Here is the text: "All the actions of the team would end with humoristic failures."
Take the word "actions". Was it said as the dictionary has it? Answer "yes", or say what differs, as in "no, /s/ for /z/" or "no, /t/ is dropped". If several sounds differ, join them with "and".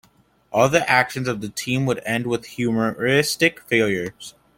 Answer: yes